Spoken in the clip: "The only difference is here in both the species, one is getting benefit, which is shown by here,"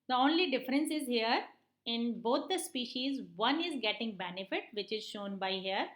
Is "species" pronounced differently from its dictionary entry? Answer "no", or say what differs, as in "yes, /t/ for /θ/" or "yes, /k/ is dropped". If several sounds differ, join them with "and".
no